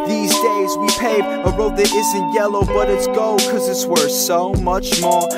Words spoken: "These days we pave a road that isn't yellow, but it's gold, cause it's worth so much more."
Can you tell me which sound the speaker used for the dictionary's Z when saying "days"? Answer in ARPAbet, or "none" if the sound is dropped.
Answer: Z